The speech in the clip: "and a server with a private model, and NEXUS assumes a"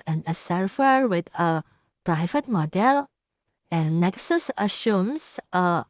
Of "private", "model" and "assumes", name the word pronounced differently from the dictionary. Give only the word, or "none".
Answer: assumes